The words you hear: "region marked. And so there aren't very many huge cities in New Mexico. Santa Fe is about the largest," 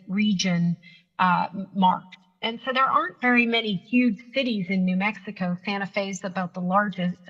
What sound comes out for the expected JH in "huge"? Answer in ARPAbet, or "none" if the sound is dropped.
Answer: ZH